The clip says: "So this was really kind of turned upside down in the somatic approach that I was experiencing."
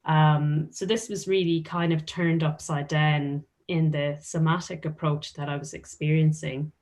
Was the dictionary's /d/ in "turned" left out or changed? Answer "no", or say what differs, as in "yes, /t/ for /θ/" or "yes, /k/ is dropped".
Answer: no